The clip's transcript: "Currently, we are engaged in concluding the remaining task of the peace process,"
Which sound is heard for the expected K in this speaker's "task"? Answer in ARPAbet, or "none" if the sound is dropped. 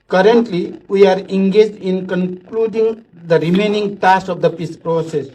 none